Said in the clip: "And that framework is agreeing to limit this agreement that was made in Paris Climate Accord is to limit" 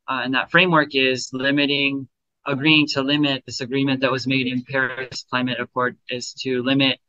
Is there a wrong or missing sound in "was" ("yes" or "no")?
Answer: no